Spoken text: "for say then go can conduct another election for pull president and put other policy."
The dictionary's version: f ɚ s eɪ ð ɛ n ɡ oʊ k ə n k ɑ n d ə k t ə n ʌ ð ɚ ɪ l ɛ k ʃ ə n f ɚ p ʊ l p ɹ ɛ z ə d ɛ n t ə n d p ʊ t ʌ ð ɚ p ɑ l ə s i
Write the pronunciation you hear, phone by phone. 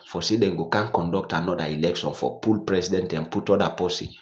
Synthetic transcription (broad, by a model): f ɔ s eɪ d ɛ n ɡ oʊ k ə n k ɑ n d ə k t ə n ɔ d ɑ ɪ l ɛ k ʃ ə n f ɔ p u l p ɹ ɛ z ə d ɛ n t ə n p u t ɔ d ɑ p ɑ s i